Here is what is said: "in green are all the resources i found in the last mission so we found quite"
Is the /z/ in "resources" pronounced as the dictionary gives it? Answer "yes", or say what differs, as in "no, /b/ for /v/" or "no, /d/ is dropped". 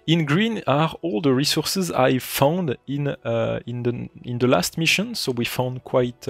yes